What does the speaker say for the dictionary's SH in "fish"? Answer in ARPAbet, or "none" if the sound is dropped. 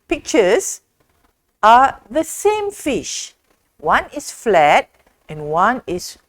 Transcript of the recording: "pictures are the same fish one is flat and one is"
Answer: SH